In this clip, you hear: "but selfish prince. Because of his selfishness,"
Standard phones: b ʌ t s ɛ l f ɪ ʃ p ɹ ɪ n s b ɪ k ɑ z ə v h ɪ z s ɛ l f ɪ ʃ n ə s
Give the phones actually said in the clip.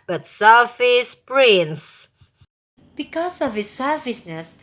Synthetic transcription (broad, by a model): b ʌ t s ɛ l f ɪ s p ɹ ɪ n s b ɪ k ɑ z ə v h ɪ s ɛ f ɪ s n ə s